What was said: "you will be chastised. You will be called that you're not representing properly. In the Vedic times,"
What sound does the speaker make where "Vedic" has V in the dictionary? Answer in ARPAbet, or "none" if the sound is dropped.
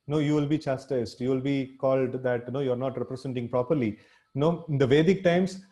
V